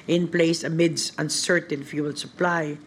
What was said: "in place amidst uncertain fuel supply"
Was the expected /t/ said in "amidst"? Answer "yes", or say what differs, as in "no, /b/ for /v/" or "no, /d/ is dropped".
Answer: no, /t/ is dropped